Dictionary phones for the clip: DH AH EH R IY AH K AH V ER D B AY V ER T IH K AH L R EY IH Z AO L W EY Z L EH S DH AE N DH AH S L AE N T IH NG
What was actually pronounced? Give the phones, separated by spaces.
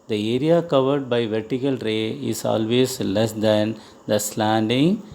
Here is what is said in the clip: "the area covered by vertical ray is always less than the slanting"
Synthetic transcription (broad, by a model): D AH EH R IY AH K AH V ER D B AY V ER T IH K AH L R EY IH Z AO L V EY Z L EH S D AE N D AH S L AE N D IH NG